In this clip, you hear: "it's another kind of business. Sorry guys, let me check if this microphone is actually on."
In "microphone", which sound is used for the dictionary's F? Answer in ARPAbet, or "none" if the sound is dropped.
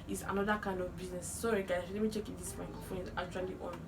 none